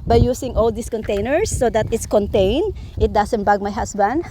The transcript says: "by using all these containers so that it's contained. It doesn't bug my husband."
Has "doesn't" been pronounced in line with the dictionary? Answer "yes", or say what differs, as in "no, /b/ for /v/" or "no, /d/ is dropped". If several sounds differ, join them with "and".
no, /s/ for /z/